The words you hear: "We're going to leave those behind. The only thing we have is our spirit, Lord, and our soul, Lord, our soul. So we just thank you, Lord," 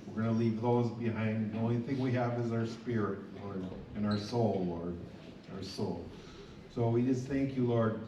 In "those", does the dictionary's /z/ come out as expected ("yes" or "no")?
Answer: yes